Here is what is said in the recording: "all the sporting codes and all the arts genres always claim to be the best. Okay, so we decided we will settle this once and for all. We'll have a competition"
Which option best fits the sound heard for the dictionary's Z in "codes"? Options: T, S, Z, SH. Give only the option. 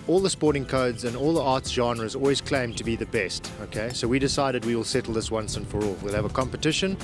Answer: Z